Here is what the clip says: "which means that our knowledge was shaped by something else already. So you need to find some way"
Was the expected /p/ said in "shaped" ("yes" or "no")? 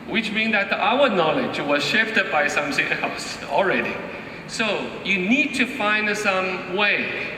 no